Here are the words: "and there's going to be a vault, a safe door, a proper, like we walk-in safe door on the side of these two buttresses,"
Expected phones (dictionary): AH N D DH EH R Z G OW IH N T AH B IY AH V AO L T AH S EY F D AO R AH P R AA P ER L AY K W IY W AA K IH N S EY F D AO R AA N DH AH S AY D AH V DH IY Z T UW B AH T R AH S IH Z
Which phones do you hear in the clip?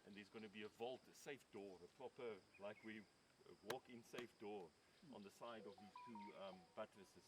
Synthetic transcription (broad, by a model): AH N DH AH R Z G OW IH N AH B IY AH V AO L T AH S EY F D AO R AH P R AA P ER L AY K W IY W AA K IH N S EY F D AO R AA N DH AH S AY D AH V DH IY Z T UW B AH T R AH S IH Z